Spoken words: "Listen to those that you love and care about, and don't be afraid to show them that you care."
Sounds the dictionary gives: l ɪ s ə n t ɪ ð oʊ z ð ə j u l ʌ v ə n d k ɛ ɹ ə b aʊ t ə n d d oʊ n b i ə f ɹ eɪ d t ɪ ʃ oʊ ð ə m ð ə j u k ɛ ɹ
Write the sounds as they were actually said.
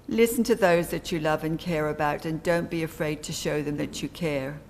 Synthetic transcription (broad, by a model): l ɪ s n t ɪ ð oʊ z ð ə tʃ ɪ l ʌ v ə n k ɛ ɹ ə b aʊ t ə n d d oʊ n b i ə f ɹ eɪ d t ɪ ʃ oʊ ð ə m ð ə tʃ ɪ k ɛ ɹ